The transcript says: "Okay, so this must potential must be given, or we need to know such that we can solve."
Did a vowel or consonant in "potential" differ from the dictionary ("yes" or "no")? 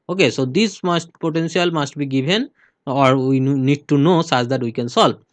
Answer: yes